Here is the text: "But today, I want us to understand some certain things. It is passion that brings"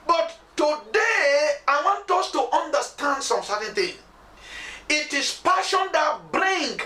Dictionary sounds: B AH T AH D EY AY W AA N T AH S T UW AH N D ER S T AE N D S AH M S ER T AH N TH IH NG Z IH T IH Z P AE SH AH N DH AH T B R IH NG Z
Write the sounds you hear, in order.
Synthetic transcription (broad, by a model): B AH T AH D EY AY W AA N T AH S T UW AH N D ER S T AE N D S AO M S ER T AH N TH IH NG IH T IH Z P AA SH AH N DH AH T B R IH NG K